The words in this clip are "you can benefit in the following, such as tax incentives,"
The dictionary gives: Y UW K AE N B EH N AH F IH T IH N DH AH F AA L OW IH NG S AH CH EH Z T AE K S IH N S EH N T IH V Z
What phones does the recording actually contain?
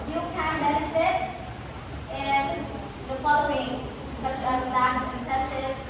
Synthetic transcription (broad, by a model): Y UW K AE N B EH N AH F IH T IH N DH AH F AA L OW IH NG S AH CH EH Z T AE S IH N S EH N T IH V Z